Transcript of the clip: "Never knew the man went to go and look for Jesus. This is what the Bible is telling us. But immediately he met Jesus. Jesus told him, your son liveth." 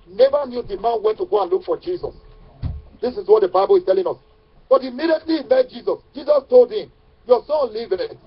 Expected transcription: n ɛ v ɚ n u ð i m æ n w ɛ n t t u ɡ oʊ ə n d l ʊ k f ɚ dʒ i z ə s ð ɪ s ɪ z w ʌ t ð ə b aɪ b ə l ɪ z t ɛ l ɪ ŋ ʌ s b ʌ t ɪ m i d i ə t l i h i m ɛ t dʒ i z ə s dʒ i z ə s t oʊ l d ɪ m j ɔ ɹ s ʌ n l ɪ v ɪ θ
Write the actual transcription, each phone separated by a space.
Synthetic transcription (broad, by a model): n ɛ v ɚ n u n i m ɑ n w ɛ n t t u ɡ oʊ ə n l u k f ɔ dʒ i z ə s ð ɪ s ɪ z w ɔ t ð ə b aɪ b ə l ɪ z t ɛ l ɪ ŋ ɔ s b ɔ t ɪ m i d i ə t l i i m ɛ t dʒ i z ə s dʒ i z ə s t oʊ l d ɪ m j ɔ s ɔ n l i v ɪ